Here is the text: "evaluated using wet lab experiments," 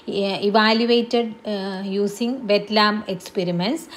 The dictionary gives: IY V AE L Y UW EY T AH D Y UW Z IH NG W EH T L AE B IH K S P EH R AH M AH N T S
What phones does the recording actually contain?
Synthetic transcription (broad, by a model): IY V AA L Y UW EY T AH D Y UW S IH NG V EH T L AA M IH K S P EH R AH M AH N S